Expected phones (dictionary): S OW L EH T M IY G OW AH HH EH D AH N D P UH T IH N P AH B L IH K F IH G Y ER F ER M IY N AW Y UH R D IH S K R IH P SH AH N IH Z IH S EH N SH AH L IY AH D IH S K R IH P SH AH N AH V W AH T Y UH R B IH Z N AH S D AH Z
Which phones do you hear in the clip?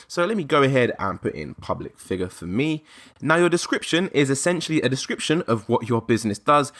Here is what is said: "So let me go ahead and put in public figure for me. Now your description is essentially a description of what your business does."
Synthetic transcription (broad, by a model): S OW L EH T M IY G OW AH HH EH D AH N P UH T IH N P AH B L IH K F IH G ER F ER M IY N AW Y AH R D IH S K R IH P SH AH N IH Z IH S EH N SH AH L IY AH D IH S K R IH P SH AH N AH V W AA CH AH B IH Z N AH S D AH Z